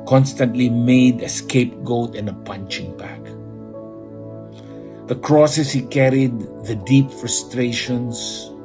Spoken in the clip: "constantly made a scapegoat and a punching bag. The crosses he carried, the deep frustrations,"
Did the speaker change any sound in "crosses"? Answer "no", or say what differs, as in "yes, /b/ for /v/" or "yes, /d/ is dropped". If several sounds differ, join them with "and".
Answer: yes, /s/ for /z/